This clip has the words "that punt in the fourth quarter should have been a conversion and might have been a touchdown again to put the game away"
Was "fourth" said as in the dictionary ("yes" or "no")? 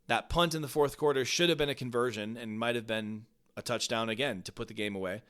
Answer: yes